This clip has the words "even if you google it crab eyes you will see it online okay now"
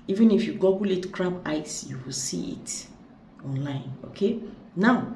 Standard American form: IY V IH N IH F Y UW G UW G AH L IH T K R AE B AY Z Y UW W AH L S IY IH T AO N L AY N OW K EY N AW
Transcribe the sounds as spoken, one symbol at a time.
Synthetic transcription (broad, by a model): IY V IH N IH F Y UW G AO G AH L IH T K R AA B AY S Y UW W AH L S IY IH T AO N L AY N OW K EY N AW